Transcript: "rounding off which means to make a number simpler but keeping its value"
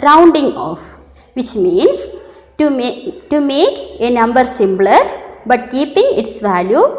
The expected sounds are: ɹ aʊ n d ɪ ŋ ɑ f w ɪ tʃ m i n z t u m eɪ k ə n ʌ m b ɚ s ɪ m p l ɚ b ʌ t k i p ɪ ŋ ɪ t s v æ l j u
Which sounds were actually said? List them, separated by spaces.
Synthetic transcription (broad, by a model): ɹ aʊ n d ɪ ŋ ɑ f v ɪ tʃ m i n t t u m eɪ k ə n ʌ m b ɚ s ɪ m b l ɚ b ʌ t k i p ɪ ŋ ɪ t s v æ l j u